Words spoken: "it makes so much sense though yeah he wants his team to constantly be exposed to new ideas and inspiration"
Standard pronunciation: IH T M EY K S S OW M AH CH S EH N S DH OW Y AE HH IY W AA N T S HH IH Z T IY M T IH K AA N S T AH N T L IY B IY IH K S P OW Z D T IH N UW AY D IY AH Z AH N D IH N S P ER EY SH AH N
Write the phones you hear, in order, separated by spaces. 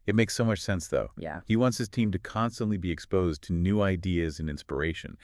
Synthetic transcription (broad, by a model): IH T M EY K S S OW M AH CH S EH N S DH OW Y AE HH IY W AA N T S HH IH Z T IY M T IH K AA N S T AH N T L IY B IY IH K S P OW Z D T IH N UW AY D IY AH Z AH N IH N S P ER EY SH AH N